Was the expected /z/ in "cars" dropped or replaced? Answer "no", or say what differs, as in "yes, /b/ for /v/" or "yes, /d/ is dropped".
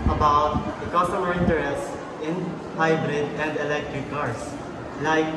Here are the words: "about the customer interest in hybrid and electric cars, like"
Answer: yes, /s/ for /z/